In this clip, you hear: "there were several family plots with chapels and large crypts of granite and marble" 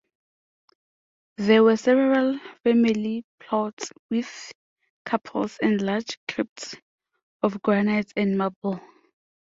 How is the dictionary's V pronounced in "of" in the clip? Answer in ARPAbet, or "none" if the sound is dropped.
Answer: F